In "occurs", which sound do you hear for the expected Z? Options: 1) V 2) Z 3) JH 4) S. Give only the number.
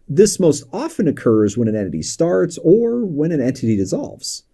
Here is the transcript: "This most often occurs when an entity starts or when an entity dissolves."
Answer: 2